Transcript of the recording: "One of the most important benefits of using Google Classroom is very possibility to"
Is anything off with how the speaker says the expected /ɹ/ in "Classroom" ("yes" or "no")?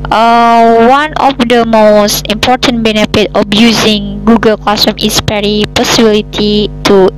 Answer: yes